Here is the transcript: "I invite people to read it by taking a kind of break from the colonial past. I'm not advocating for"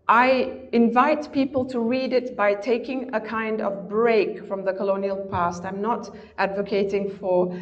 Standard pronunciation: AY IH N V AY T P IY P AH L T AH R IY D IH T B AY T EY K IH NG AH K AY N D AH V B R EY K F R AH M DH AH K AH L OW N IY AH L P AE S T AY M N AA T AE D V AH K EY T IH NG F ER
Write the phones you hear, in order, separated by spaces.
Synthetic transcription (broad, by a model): AY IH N V AY T P IY P AH L T AH R IY D IH T B AY T EY K IH NG AH K AY N D AH V B R EY K F R AH M DH AH K AH L OW N IY AH L P AE S T AY M N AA T AE D V AH K EY T IH NG F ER